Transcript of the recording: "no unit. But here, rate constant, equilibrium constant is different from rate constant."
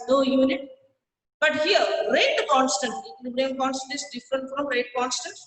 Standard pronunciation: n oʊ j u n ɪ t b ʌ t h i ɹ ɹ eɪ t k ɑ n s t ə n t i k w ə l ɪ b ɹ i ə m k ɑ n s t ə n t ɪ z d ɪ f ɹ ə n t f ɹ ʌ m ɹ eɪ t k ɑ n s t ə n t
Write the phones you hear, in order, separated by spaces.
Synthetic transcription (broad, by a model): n oʊ j u n ɪ t b ʌ t h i ɹ ɹ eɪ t k ɑ n s t ə n t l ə n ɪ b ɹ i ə k ɑ n s t ə n t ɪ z d ɪ f ɹ ə n t f ɹ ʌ m ɹ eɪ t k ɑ n s t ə n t